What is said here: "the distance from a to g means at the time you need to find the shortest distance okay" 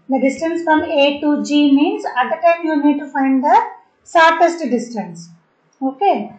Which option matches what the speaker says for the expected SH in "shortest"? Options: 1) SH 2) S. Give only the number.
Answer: 2